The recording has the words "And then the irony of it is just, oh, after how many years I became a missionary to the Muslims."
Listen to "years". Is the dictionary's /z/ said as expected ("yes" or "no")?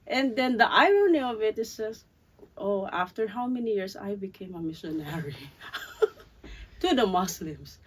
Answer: no